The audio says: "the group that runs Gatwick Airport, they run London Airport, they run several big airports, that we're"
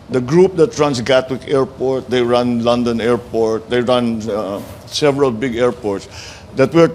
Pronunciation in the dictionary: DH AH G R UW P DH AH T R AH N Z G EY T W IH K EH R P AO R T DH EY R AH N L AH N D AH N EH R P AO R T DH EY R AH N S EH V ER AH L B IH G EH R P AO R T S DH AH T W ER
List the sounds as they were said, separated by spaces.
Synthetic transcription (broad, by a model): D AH G R UW P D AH T R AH N S G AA T W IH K EH R P AO R T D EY R AH N L AH N D AH N EH R P AO R T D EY R AH N S EH V ER AH L B IH G EH R P AO R T S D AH T W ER